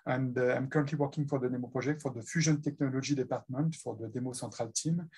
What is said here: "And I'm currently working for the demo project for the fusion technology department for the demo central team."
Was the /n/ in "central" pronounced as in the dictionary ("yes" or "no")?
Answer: no